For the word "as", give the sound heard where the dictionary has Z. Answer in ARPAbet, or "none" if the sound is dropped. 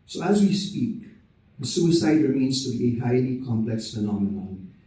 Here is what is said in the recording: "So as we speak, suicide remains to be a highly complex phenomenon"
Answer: Z